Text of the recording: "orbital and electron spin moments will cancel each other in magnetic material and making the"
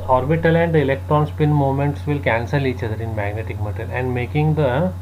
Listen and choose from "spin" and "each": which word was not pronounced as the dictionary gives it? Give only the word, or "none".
none